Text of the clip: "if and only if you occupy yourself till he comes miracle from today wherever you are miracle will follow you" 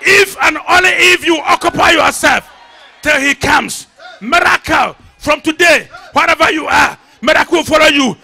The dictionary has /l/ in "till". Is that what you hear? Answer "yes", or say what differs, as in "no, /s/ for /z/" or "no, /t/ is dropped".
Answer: yes